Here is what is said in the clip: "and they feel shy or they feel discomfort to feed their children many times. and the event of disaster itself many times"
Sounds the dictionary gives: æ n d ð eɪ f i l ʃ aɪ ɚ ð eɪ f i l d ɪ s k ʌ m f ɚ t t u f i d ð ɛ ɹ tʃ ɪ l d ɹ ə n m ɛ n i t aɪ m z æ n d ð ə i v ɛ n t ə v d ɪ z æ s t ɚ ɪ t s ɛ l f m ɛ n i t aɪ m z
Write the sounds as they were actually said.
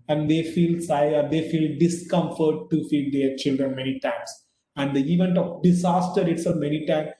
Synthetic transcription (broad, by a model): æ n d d eɪ f i l s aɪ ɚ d eɪ f i l d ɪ s k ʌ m f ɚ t t u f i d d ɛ ɹ tʃ ɪ l d ɹ ə n m ɛ n i t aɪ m s æ n d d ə i v ɛ n t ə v d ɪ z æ s t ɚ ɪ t s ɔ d m ɛ n i t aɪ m